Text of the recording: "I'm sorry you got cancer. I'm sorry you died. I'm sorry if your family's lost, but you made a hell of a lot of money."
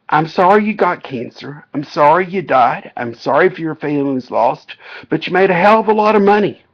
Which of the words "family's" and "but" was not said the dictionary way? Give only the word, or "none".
family's